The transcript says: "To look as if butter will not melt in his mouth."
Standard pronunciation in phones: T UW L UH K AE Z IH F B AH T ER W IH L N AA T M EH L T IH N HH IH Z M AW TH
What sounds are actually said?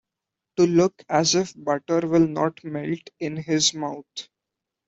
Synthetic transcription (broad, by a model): T UW L UH K AE Z IH F B AH T ER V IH L N AA T M EH L T IH N HH IH Z M AW T